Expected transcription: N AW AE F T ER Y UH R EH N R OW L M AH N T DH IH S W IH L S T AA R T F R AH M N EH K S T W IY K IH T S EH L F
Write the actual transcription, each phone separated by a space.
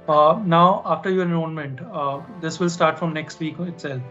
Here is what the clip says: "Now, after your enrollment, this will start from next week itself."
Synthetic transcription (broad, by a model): N AW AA F T ER Y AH R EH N OW N M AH N T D IH S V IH L S T AA R T F R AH M N EH K S T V IY K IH T S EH L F